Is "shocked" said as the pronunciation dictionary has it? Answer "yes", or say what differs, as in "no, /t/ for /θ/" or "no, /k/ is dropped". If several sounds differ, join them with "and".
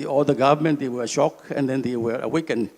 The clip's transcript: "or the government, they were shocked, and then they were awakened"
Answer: no, /t/ is dropped